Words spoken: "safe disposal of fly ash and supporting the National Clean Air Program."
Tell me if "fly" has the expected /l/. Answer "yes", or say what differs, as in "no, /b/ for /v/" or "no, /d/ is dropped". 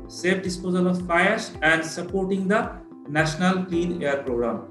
no, /l/ is dropped